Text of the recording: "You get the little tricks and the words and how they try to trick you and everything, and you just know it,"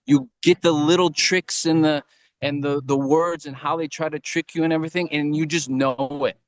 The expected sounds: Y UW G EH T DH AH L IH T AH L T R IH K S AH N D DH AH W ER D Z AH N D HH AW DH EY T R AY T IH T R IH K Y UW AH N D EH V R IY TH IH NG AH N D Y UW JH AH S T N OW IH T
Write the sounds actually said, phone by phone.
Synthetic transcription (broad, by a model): Y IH G EH T DH AH L IH T L T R IH K S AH N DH DH AH W ER D Z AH N HH AW DH EY T R AY T IH T R IH K Y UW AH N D EH V R IY TH IH NG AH N Y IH JH AH S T N OW IH T